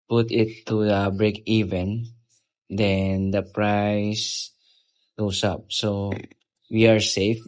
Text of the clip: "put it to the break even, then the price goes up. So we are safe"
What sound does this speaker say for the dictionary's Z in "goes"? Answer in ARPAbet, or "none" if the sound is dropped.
S